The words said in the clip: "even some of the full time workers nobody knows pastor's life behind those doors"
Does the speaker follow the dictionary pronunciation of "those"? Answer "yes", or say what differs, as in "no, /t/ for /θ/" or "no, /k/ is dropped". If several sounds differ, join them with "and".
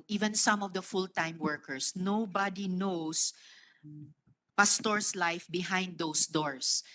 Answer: no, /s/ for /z/